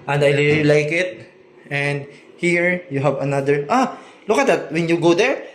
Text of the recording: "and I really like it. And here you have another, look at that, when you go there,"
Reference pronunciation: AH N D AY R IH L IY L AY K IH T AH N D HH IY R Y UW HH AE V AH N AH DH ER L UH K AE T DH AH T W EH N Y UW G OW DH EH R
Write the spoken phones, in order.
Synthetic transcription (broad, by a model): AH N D AY L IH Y L AY K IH T AH N D HH IY R Y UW HH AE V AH N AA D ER L UH K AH T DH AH T W EH N Y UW G OW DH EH R